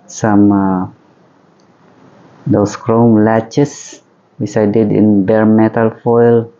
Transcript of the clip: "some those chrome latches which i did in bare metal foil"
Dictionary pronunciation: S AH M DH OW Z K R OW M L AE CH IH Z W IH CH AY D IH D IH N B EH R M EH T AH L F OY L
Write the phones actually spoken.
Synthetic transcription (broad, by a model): S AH M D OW S K R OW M L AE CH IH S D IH S AY D IH D IH N B EH R M EH T AH L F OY L